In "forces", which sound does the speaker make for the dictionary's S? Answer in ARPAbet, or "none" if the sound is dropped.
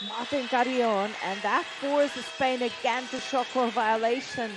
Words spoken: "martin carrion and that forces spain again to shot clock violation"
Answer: none